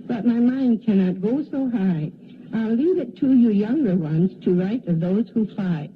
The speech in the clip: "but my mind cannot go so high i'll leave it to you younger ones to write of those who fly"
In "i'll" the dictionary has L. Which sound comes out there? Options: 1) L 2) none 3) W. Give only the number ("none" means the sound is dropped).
1